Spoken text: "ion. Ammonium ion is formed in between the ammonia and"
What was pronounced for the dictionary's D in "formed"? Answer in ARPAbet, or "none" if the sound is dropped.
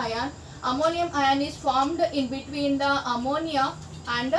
D